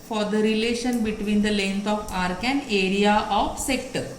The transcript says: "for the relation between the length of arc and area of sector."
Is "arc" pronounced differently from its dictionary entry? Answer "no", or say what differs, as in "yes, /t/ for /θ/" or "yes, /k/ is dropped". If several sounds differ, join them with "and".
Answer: no